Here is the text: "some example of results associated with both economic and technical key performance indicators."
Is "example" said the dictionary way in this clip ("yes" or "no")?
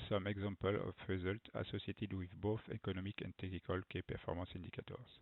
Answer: no